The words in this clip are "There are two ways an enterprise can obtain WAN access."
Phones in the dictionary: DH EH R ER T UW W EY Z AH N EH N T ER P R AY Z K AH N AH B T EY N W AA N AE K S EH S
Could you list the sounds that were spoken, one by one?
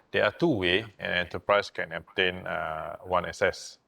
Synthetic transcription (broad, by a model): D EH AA T UW W EY AH N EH N T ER P R AY S K AH N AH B T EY N W AA N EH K S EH S